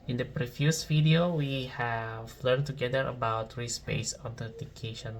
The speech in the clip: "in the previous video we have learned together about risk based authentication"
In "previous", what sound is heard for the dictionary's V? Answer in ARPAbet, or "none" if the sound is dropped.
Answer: F